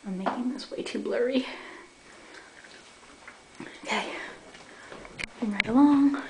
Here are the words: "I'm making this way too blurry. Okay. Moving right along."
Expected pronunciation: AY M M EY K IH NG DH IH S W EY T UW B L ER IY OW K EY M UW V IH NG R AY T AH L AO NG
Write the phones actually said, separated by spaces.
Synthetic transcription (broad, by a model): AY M M EY K IH NG DH IH S W EY T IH B L ER IY OW K EY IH W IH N R AY T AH L AO NG